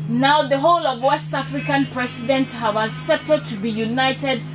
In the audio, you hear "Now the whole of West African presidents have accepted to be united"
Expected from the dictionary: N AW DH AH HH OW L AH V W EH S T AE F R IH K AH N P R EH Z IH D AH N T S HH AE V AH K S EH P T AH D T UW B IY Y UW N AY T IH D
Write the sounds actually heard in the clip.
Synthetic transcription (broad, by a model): N AW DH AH HH OW L AH V W EH S T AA F R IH K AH N P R EH S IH D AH N T S HH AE V AH K S EH P T AH D T UW B IY Y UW N AY T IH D